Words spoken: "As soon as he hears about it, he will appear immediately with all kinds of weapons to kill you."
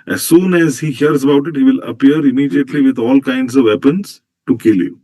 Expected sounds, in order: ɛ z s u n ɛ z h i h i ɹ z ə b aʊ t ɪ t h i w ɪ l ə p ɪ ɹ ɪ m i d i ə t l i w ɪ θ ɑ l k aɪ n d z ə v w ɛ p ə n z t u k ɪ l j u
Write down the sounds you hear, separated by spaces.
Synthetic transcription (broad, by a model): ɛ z s u n ɛ z h i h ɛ ɹ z ə b aʊ t ɪ t h i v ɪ l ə p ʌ ɹ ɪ m i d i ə t l i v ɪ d ɑ l k aɪ n d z ə v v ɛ p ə n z t u k ɪ l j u